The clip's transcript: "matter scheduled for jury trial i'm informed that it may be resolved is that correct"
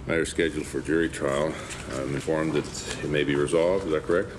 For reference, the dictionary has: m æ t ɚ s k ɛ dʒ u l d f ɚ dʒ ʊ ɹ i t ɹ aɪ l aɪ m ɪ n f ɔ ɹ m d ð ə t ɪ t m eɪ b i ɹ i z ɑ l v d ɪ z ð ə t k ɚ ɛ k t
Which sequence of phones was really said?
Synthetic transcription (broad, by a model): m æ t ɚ s k ɛ dʒ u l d f ɚ dʒ ʊ ɹ i t ɹ aɪ l aɪ m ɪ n f ɔ ɹ m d ð ə t ɪ t m eɪ b i ɹ i z ɑ l v d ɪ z ð ə t k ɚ ɛ k t